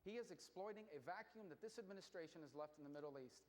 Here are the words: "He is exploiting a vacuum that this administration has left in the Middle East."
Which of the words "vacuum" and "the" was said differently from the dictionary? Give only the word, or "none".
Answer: none